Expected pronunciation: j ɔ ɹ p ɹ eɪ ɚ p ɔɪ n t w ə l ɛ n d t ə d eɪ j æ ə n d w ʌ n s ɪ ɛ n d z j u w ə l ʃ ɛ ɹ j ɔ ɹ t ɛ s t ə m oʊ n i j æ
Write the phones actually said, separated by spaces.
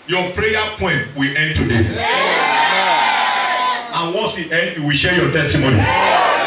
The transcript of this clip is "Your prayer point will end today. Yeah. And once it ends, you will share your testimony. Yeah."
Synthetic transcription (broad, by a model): j ɔ p ɹ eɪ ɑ p ɔɪ n t w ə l ɛ n d t ə d eɪ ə n w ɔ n s ɪ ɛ n d j u w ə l ʃ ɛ j ɔ t ɛ s t ə m oʊ n i